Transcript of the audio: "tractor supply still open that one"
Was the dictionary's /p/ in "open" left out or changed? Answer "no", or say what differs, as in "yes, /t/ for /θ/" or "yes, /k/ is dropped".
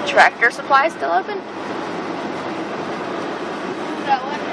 yes, /p/ is dropped